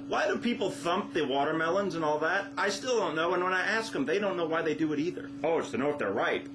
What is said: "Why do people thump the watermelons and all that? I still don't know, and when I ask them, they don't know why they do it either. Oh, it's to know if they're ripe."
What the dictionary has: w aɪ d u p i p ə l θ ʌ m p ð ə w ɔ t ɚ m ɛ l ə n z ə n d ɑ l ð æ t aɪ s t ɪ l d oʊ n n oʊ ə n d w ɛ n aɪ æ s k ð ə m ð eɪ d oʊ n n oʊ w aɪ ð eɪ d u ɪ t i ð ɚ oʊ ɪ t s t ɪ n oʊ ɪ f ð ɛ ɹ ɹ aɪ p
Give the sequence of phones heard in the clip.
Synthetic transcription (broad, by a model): w aɪ d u p i p l θ ʌ m p ð ə w ɔ t ɚ m ɛ l ə n z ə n ɑ l ð æ t aɪ s t ɪ l d oʊ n n oʊ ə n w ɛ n aɪ æ s k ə m ð eɪ d oʊ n n oʊ w aɪ ð eɪ d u ɪ t i ð ɚ oʊ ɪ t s t ɪ n oʊ ɪ f ð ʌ ɹ ɹ aɪ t